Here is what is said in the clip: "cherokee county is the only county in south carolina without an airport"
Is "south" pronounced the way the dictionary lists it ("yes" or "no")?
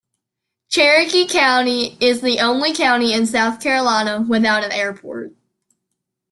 yes